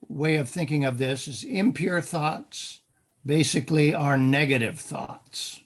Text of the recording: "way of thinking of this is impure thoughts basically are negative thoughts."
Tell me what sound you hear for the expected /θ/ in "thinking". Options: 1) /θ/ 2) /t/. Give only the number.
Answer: 1